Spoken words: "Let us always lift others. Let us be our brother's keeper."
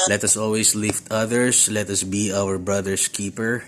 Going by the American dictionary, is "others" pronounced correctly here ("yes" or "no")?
no